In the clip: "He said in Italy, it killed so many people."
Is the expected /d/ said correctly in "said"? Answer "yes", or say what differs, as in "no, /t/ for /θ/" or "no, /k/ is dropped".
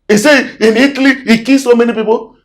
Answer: no, /d/ is dropped